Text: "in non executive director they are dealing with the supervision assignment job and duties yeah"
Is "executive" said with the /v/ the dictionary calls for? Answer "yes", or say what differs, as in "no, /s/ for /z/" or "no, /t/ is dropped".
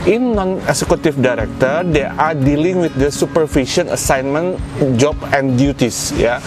no, /f/ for /v/